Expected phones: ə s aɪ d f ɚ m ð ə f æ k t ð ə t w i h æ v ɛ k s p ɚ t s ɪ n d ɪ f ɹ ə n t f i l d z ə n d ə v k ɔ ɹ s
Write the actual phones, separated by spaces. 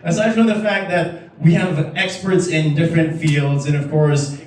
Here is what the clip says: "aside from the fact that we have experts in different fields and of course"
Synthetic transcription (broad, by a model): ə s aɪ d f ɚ ð ə f æ k t ð ə t w i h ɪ v ɛ k s p ɚ t s ɪ n d ɪ f ɹ ə n t f i l d z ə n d ə v k ɔ ɹ s